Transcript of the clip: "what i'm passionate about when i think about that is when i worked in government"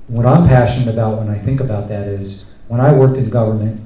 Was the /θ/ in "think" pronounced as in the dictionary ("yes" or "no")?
yes